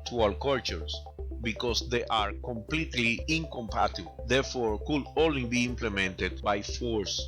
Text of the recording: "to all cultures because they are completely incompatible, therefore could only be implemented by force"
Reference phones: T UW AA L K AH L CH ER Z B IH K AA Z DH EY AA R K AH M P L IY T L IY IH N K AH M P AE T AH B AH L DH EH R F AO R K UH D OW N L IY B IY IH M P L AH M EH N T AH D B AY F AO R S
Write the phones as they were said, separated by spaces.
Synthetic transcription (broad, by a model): T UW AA W K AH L CH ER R B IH K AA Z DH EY AA R K AH M P L IY T L IY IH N K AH M P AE T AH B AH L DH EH R F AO R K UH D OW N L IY B IY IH M P L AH M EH N T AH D B AY F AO R S